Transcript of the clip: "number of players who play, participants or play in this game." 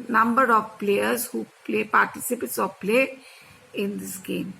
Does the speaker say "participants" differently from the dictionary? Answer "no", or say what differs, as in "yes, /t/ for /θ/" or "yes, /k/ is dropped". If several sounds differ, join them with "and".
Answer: yes, /n/ is dropped